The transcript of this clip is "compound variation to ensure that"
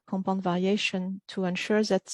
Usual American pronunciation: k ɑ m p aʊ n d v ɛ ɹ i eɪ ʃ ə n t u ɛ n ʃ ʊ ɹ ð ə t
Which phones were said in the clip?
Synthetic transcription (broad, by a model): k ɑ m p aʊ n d v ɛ ɹ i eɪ ʃ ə n t u ɛ n ʃ ʊ ɹ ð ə t